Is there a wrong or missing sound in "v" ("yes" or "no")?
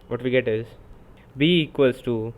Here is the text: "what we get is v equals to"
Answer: yes